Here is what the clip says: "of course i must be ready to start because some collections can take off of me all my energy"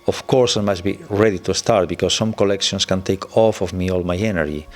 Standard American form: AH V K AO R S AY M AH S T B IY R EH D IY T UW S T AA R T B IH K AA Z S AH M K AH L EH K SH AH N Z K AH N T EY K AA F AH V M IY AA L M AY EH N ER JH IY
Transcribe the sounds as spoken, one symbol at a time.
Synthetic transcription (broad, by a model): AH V K AO R S AY M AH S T B IY R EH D IY T UW S T AA R T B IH K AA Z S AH M K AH L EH K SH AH N S K AH N T EY K AA F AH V M IY AA L M AY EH N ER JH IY